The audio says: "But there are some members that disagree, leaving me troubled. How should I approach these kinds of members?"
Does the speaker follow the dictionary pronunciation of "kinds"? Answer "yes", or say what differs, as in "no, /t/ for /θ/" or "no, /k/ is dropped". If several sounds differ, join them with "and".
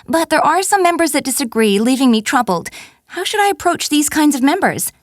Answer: yes